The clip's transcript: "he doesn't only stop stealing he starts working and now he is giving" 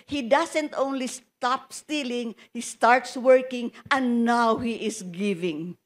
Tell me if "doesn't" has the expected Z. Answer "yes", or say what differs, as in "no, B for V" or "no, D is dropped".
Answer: no, S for Z